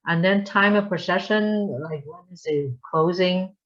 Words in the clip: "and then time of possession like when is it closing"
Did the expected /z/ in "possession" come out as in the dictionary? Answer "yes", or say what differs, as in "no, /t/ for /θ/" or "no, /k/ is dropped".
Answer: no, /s/ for /z/